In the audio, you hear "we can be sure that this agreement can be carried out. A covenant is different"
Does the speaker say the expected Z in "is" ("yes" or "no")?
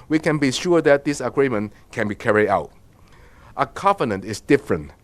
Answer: no